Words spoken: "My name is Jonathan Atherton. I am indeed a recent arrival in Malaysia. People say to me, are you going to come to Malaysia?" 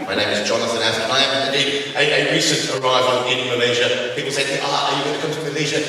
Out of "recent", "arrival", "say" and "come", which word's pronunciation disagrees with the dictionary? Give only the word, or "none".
arrival